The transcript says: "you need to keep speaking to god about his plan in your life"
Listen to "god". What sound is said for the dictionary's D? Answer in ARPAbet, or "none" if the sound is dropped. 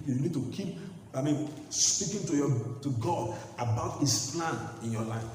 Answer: D